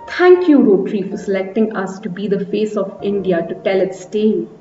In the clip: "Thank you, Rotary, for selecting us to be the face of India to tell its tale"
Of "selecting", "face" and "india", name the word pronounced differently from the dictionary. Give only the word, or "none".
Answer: none